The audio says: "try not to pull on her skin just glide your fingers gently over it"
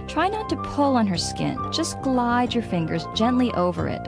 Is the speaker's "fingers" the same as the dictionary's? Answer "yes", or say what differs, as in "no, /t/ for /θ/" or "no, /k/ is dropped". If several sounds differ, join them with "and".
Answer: yes